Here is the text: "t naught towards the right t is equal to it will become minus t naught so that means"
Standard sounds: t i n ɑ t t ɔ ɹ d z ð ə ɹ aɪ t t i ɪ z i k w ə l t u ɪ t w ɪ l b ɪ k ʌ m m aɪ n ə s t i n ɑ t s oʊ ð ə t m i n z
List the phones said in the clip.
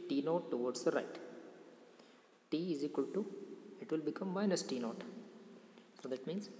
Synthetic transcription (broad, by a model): t i n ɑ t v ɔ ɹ d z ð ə ɹ aɪ t t i ɪ z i k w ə l t u ɪ t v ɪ l b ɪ k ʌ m m aɪ n ə s t i n ɑ t s oʊ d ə t m i n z